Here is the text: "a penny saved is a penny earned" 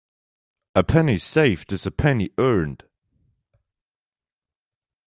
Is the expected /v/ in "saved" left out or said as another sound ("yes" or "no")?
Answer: yes